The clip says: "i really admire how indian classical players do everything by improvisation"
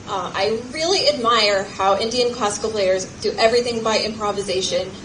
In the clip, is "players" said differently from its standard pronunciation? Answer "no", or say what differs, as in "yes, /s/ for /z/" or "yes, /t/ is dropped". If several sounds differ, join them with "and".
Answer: no